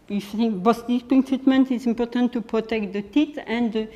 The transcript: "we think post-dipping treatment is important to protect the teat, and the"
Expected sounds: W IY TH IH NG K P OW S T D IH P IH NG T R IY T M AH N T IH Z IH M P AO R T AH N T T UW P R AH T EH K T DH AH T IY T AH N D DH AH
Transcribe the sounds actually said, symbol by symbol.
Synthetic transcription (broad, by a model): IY F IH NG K B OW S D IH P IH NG T R IY T M AH N T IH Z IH M P AO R T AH N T T UW P R AH T EH K T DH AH T IY T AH N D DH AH